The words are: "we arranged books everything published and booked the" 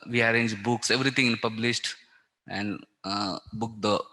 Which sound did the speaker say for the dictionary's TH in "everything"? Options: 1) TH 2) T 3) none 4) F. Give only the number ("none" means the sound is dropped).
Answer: 2